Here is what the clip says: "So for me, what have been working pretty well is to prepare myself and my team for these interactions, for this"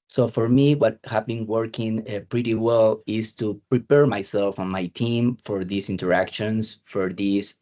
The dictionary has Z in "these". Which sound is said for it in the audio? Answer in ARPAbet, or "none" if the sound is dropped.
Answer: S